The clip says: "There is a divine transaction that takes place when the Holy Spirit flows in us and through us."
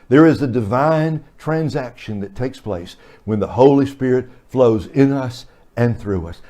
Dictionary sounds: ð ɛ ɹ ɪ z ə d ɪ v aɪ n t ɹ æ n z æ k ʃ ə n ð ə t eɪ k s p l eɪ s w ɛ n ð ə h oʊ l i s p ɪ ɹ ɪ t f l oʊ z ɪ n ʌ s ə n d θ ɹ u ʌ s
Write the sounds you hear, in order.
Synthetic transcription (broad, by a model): ð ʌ ɹ ɪ z ə d ɪ v aɪ n t ɹ æ n z æ k ʃ ə n ð ə t eɪ k s p l eɪ s w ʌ n ð ə h oʊ l i s p ɪ ɹ ɪ t f l oʊ z ɪ n ʌ s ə n θ ɹ u ʌ s